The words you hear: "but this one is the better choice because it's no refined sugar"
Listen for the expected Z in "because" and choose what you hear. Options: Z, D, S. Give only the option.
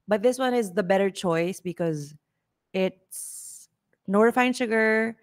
Z